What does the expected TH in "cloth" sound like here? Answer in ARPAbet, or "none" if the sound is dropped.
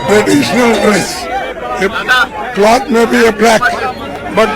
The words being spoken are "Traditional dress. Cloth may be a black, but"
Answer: T